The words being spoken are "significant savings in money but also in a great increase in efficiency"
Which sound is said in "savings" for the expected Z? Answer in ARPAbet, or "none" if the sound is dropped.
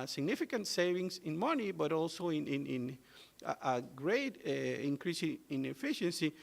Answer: S